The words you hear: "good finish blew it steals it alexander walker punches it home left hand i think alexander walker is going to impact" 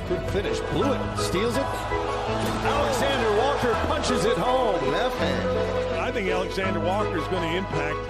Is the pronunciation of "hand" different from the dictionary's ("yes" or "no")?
yes